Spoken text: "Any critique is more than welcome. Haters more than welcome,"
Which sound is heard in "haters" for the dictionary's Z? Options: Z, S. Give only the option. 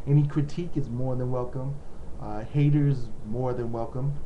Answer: Z